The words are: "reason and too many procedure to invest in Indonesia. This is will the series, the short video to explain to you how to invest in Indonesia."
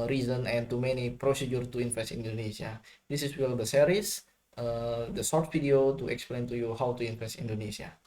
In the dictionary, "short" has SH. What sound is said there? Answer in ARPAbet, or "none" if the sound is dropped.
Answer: S